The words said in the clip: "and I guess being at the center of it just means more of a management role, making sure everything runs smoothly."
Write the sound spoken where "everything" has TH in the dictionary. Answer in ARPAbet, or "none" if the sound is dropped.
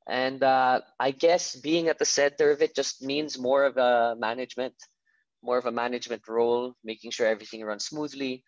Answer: TH